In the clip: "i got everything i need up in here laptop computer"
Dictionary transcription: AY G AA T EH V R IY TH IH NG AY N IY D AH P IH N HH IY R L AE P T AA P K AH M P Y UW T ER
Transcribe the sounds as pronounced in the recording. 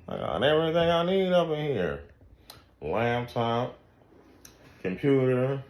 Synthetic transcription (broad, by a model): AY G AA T EH V R IY TH IH NG AY N IY D AH P IH N HH IY R L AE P T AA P K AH M P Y UW T ER